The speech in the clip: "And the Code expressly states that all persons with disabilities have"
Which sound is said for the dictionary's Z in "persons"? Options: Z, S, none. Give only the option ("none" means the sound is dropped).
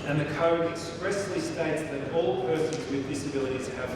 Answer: Z